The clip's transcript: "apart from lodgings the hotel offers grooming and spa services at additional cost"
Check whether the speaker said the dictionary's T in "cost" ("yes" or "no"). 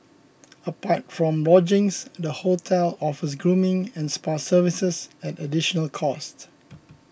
yes